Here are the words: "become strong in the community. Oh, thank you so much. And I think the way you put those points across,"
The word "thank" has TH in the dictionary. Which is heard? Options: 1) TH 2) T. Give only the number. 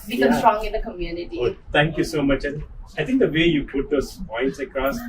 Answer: 2